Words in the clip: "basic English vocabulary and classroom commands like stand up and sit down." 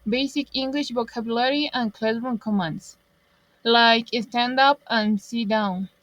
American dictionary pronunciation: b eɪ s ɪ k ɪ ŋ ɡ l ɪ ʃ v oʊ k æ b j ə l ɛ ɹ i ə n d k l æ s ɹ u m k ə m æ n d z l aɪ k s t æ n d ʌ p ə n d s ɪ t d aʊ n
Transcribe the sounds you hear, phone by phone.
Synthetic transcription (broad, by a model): b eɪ s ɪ k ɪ ŋ ɡ l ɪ ʃ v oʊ k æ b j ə l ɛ ɹ i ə n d k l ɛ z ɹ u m k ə m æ n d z l aɪ k s t æ n d ʌ p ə n s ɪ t d aʊ n